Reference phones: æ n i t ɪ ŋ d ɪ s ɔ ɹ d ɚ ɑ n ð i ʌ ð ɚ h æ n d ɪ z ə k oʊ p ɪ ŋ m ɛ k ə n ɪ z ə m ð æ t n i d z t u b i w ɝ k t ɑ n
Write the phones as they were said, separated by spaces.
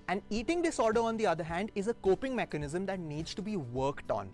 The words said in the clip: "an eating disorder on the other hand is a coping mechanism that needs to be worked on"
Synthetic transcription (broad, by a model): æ n i t ɪ ŋ d ɪ s ɔ ɹ d ɚ ɑ n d i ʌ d ɚ h æ n d ɪ z ə k oʊ p ɪ ŋ m ɛ k ə n ɪ z ə m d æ t n i d z t u b i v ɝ k t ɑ n